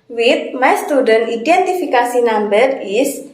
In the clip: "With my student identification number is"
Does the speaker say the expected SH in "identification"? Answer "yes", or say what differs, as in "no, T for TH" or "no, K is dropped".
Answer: no, S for SH